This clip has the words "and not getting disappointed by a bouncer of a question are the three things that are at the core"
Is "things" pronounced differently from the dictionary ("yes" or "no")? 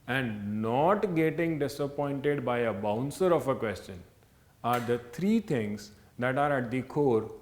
yes